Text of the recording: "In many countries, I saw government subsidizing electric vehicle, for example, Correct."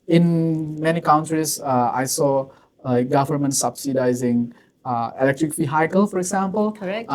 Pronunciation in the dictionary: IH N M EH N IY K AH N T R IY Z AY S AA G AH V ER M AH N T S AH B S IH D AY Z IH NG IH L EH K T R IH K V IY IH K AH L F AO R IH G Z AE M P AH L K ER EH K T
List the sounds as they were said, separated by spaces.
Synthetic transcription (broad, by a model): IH N M EH N IY K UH N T R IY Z AY S AA G AH V ER M AH N T S AH B S IH D AY Z IH NG IH L EH K T R IH K F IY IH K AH L F AO R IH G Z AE M P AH L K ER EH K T